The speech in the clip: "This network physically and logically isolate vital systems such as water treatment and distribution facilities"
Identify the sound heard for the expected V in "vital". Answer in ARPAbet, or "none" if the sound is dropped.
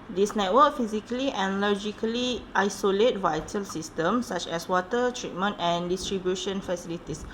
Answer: V